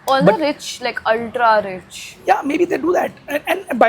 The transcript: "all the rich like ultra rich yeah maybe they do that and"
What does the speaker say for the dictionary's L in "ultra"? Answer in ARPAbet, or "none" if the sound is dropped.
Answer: L